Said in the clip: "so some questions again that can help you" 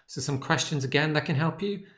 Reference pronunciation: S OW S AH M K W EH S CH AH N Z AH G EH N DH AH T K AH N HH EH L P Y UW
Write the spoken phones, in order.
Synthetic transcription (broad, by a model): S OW S AH M K W EH S CH AH N Z AH G EH N DH AH T K AH N HH EH L P Y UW